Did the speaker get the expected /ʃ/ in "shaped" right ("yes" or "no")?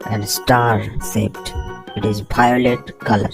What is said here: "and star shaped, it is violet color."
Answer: no